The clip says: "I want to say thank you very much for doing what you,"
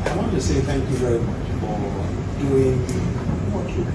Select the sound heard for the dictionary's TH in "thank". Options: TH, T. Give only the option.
TH